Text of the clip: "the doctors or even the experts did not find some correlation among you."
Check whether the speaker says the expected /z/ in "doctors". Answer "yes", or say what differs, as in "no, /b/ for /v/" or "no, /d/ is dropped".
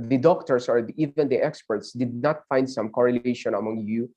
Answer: no, /s/ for /z/